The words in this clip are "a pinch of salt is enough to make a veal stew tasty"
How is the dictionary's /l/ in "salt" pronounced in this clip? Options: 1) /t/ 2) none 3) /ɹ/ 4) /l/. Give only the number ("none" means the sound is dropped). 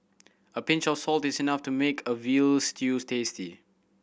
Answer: 4